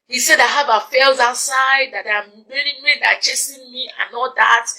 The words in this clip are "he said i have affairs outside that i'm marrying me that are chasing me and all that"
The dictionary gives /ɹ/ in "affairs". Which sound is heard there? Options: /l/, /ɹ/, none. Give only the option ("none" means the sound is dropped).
/l/